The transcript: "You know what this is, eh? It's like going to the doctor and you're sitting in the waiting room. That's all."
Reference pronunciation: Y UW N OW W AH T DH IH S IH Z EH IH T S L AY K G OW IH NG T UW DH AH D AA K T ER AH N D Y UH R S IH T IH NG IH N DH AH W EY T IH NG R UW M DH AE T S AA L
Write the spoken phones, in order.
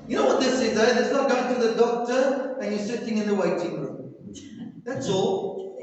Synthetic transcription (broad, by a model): Y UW N OW W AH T DH IH S IH Z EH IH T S N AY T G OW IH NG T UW DH AH D AA K T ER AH N Y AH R S IH T IH NG IH N DH AH W EY T IH NG R UW M DH AE T S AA L